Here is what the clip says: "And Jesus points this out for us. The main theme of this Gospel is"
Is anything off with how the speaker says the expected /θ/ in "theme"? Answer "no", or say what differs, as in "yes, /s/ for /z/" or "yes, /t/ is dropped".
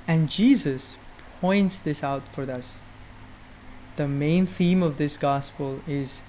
no